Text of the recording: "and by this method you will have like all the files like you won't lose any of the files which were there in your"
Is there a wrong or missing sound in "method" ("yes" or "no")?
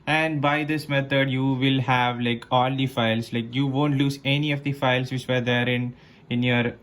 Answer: yes